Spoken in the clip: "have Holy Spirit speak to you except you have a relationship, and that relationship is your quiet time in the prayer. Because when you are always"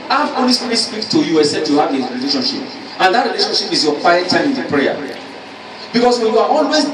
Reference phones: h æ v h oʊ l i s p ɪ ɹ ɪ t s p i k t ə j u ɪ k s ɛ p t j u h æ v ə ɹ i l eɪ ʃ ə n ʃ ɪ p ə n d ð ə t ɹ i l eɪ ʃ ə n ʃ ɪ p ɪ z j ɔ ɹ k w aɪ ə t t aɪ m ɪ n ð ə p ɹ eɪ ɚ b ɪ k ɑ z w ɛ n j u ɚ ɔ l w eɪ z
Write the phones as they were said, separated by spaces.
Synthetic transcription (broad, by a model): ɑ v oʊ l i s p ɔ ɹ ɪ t s p i k t ə j u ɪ s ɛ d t j u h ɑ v ə ɹ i l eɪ ʃ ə n ʃ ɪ p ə n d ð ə t ɹ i l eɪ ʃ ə n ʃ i p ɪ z j ɔ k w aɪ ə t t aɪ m ɪ n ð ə p ɹ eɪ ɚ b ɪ k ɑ s w ɛ n j u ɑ ɔ l w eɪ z